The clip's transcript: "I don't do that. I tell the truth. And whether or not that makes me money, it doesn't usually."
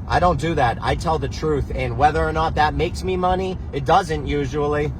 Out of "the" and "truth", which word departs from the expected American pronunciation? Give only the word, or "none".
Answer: none